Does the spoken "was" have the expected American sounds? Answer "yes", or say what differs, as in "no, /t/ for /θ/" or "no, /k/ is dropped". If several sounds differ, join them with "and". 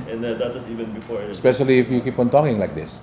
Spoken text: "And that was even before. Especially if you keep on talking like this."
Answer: no, /s/ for /z/